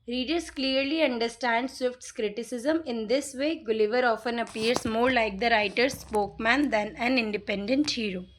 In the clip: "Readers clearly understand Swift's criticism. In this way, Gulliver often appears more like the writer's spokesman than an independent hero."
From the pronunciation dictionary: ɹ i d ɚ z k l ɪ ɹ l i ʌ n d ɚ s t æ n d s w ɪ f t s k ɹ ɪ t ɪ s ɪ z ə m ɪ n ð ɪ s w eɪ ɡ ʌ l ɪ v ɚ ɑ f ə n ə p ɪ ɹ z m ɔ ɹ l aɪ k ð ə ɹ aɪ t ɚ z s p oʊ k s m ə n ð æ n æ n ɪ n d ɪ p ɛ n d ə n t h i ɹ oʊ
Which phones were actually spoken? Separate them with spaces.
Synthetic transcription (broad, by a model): ɹ i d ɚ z k l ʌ ɹ l i ʌ n d ɚ s t æ n d s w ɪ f t s k ɹ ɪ t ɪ s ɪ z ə m ɪ n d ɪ s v eɪ ɡ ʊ l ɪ v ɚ ɑ f ə n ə p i ɹ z m ɔ ɹ l aɪ k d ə ɹ aɪ t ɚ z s p oʊ k m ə n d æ n æ n ɪ n d ɪ p ɛ n d ə n t h i ɹ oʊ